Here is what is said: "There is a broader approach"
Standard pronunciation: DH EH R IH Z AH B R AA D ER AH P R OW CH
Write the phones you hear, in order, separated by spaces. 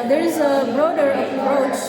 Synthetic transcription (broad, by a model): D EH R IH Z AH B R AA D ER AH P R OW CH